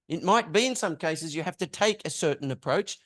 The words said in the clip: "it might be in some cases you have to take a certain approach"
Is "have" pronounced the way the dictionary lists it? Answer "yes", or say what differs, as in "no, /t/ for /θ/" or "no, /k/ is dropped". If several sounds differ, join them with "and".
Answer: no, /f/ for /v/